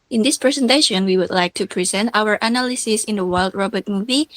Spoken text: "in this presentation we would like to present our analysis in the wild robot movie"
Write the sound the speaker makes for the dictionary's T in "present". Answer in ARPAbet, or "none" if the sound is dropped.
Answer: T